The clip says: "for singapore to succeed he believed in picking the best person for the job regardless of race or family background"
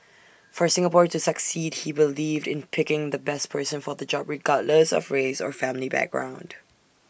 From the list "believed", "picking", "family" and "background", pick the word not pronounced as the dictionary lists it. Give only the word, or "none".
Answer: none